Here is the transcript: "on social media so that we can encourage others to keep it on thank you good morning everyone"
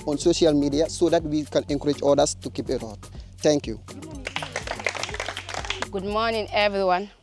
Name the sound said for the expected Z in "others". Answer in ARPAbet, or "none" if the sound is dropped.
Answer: S